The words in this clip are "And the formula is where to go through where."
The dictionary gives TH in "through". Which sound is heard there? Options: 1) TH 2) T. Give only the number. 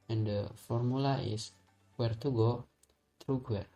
2